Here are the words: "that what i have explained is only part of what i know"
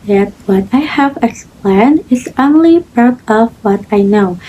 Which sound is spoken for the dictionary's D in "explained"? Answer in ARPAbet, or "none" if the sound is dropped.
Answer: none